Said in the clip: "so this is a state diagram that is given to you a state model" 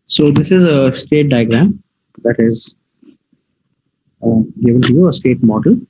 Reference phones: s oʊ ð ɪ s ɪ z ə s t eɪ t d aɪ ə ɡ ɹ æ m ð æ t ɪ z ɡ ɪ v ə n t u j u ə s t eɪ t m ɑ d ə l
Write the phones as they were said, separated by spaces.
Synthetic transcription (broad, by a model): s oʊ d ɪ s ɪ z ə s t eɪ t d aɪ ə ɡ ɹ æ m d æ t ɪ z ɡ ɪ v ə n t u j u ə s t eɪ t m ɑ d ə l